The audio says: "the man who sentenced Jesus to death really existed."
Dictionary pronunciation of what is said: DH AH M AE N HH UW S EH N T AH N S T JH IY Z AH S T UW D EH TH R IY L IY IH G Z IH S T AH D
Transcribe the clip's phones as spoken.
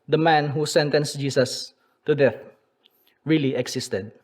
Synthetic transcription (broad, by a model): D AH M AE N HH UW S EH N T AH N S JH IY S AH S T UW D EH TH R IY L IY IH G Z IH S T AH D